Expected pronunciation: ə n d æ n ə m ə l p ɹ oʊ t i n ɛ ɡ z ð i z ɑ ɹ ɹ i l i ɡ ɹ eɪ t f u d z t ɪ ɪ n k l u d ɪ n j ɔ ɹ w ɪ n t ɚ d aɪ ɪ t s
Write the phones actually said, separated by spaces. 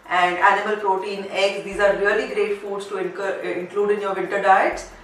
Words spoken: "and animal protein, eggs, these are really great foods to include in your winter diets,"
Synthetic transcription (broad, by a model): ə n d æ n ə m ə l p ɹ oʊ t i n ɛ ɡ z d i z ɑ ɹ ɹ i l i ɡ ɹ eɪ t f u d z t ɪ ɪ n k l u d ɪ n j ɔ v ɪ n t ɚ d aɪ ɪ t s